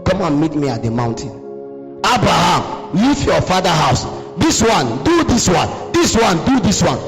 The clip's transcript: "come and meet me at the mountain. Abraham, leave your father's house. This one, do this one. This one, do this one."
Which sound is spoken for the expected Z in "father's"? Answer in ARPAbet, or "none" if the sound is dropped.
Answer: none